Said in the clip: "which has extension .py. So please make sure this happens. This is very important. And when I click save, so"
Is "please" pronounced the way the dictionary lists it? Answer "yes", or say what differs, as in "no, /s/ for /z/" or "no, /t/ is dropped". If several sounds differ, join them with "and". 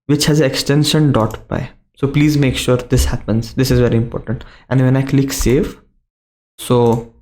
yes